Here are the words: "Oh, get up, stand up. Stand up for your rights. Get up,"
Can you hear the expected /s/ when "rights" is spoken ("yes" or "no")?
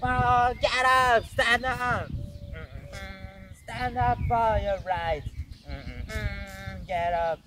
no